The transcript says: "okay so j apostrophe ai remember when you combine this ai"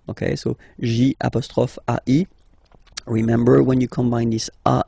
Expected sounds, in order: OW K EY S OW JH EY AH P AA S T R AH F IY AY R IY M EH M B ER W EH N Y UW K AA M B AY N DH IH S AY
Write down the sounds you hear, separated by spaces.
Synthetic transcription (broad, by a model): OW K EY S OW ZH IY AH P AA S T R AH F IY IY R IY M EH M B ER W EH N Y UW K AA M B AY N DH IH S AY